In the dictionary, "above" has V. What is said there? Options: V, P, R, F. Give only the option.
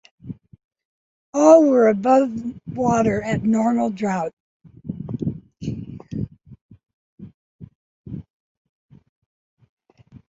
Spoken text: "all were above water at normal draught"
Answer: V